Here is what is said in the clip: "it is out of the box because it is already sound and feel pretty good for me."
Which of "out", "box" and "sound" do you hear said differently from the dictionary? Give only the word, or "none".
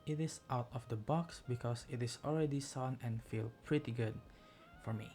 sound